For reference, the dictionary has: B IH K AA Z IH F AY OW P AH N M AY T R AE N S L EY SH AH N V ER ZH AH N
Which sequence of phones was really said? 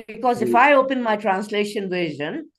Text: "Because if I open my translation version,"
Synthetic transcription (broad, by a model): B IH K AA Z IH F AY OW P AH N M AY T R AE N S L EY SH AH N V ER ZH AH N